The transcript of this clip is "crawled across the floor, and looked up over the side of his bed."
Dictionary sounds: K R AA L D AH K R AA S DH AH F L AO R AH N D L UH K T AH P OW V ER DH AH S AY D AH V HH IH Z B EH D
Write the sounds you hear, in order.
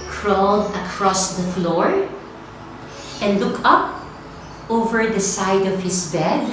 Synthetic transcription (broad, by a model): K R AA L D AH K R AA S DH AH F L AO R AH N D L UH K AH P OW V ER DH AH S AY D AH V HH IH S B EH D